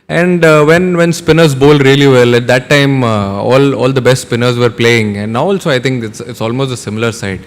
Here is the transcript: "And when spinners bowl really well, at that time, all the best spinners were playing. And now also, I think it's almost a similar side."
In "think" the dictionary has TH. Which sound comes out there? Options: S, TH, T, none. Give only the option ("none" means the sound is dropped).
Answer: T